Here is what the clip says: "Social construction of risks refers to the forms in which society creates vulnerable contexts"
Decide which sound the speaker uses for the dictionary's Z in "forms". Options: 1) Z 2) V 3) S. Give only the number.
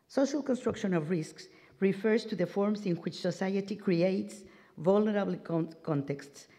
3